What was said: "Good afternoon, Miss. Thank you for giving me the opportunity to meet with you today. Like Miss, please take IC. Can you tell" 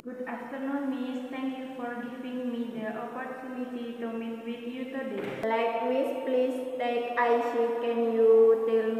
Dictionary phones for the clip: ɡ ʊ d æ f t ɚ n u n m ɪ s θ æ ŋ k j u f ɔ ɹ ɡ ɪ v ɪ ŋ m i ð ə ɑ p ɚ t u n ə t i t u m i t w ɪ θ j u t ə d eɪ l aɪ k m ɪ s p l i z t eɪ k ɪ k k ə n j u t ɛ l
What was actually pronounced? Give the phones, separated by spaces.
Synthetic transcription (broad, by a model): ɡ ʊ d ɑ f t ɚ n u n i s t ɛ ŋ k j u f ɔ ɹ ɡ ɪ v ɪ ŋ m i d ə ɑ p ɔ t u n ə t i t u m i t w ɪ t j u t ə d eɪ l aɪ k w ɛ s p l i s t eɪ k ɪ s k ə n j u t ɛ l